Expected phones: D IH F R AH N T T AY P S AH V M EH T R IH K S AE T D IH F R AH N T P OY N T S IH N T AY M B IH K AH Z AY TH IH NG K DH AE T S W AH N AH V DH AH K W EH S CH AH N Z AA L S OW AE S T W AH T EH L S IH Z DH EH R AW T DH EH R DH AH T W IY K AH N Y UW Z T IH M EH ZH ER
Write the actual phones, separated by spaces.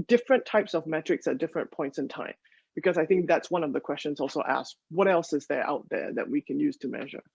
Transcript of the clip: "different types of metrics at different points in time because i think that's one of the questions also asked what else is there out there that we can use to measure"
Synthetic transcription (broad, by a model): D IH F R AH N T T AY P S AH V M EH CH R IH K S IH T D IH F R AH N P OY N T S IH N T AY M B IH K AH Z AY TH IH NG K DH AE T S W AH N AH V DH AH K W EH S CH AH N Z AA L S OW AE S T W AH T EH L S IH Z DH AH R AW T DH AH R DH AH T W IY K AH N Y UW Z T IH M EH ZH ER